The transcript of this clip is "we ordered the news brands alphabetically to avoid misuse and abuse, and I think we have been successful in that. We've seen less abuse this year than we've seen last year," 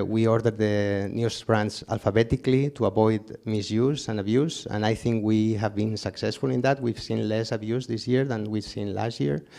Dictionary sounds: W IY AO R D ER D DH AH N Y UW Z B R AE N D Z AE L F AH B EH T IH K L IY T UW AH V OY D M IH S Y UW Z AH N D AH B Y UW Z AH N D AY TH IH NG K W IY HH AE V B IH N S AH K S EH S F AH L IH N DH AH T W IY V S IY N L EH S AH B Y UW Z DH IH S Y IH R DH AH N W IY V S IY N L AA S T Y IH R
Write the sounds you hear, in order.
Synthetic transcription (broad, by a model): W IY AO R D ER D DH AH N Y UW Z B R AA N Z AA L F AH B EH T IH K L IY T UW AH B OY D M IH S Y UW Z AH N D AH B Y UW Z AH N AY TH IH NG K W IY HH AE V B IH N S AH K S EH S F AH L IH N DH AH T W IY V S IY N L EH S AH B Y UW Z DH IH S Y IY R DH AH N W IY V S IY N L AA S T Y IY R